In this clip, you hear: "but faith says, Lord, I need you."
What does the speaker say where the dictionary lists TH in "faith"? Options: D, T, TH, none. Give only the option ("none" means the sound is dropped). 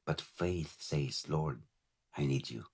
TH